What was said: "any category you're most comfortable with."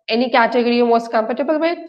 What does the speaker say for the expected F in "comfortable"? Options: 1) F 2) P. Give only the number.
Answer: 2